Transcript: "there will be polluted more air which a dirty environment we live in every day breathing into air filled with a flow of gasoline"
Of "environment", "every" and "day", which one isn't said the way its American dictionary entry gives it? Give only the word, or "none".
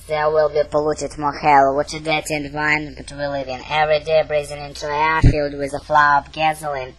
environment